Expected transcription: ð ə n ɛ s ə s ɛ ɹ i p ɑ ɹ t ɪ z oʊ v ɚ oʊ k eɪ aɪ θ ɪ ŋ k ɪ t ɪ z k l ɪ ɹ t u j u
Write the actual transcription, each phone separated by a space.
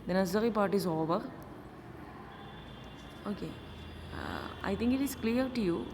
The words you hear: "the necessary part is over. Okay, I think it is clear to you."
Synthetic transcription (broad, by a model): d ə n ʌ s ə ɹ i p ɑ ɹ t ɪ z oʊ v ɚ oʊ k eɪ aɪ t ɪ ŋ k ɪ t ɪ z k l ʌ ɹ t u j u